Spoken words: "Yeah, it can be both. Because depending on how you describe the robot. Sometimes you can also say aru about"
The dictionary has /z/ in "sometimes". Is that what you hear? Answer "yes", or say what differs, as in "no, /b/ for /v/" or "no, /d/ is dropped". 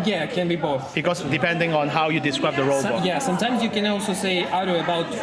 yes